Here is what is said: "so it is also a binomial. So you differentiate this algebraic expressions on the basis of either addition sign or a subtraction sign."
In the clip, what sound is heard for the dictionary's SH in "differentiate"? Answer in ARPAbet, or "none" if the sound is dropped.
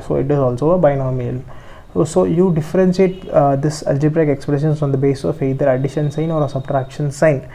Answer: S